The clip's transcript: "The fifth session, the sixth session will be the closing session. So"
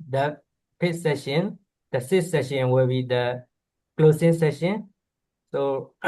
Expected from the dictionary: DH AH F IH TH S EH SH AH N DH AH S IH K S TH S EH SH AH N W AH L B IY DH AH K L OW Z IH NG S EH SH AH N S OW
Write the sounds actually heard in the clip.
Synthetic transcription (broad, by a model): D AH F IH T S EH SH AH N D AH S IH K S S EH SH AH N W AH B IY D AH K L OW S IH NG S EH SH AH N S OW